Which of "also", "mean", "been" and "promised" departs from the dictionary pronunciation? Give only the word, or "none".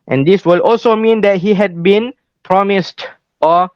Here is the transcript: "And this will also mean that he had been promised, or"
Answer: none